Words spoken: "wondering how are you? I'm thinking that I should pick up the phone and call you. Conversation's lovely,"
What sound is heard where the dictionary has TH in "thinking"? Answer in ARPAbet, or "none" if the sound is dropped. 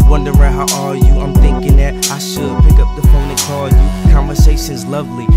TH